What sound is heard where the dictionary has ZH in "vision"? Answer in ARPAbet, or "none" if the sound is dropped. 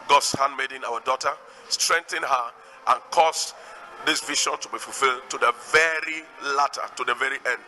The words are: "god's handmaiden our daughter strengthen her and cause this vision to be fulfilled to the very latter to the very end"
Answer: SH